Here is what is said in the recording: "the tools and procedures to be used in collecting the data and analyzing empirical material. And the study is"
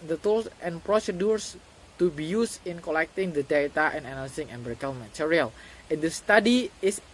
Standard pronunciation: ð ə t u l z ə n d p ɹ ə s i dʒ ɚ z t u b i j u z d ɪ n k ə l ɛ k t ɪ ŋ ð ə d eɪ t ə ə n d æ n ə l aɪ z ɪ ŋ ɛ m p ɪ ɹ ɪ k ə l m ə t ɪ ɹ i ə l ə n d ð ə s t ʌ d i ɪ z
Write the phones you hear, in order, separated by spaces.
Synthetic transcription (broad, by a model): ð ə t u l s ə n p ɹ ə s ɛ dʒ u s t u b i j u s ɪ n k ə l ɛ k t ɪ ŋ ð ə d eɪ t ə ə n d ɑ n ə l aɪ s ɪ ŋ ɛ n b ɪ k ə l m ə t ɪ ɹ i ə l ə n d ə s t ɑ d i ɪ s